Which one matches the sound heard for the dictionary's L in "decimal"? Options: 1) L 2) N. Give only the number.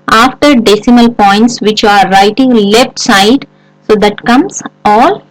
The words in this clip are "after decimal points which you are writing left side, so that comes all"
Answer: 1